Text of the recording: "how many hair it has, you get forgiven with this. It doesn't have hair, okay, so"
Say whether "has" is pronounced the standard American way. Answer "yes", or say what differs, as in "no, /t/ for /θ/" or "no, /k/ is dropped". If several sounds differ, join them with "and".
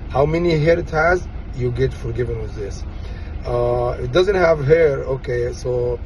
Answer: yes